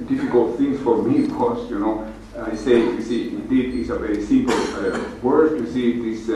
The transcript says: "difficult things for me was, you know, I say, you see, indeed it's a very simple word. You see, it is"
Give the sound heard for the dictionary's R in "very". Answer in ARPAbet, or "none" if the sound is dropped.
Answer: R